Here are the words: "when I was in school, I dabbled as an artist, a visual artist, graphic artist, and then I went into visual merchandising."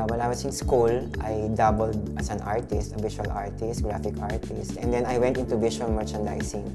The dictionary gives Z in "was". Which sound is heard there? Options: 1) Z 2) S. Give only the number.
2